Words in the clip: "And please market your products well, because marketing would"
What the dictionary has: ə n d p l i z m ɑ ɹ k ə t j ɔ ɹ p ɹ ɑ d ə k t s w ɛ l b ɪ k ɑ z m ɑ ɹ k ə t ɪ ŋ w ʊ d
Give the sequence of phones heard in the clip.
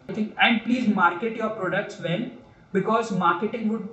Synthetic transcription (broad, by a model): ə n d p l i z m ɑ ɹ k ə t j ɔ ɹ p ɹ ɑ d ə k t s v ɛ n b ɪ k ɑ z m ɑ ɹ k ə t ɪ ŋ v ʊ d